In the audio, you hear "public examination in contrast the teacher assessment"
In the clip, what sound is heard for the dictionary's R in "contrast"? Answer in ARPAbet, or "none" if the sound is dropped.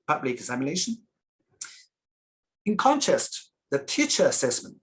none